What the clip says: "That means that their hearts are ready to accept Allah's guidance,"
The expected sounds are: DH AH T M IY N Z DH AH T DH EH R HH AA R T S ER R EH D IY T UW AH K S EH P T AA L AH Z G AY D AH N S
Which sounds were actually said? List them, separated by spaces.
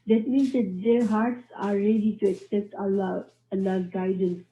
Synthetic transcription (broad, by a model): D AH T M IY N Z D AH T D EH R HH AA R T S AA R EH D IY T UW AH K S EH P T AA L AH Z G AY D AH N S